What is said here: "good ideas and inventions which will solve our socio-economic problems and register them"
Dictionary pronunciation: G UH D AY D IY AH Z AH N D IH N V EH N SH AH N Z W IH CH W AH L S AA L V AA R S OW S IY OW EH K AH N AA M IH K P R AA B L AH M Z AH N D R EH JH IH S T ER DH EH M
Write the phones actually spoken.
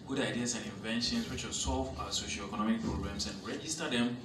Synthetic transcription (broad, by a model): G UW D AY D IY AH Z AH N D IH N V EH N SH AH N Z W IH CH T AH S AA L V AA S OW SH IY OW EH K AH N AA M IH K P R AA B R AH M S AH N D R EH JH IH S T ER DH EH M